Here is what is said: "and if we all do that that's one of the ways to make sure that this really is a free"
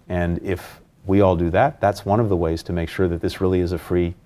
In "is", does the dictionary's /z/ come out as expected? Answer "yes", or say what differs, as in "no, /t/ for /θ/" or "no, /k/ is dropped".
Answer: yes